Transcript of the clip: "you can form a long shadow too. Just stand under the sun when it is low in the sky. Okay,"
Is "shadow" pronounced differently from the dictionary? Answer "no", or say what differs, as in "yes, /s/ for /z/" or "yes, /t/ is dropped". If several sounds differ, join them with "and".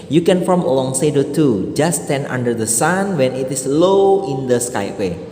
yes, /s/ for /ʃ/